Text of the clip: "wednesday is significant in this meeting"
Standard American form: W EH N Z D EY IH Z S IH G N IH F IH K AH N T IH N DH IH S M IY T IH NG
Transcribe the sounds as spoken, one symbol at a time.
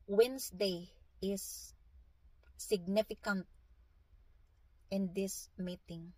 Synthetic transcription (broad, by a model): W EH N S D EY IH S IH G N IH F IH K AH N T IH N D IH S M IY T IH NG